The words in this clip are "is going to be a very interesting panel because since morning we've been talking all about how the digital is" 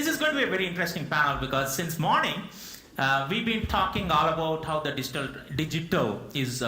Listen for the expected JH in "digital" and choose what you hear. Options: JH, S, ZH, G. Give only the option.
JH